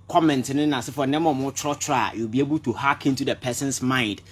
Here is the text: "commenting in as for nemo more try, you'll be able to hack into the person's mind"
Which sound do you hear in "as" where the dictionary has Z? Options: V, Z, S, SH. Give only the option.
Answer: S